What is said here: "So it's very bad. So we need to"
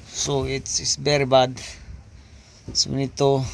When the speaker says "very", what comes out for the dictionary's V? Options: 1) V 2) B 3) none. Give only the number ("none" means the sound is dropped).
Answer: 2